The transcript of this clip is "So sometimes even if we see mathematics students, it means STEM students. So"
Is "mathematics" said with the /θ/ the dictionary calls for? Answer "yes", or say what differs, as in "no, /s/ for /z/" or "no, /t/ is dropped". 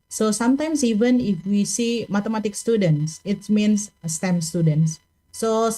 no, /t/ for /θ/